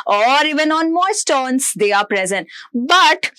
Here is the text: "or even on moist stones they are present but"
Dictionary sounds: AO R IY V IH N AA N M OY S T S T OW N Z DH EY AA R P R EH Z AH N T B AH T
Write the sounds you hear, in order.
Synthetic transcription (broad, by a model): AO R IY V IH N AA N M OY T S T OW N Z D EY AA R P R EH Z AH N T B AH T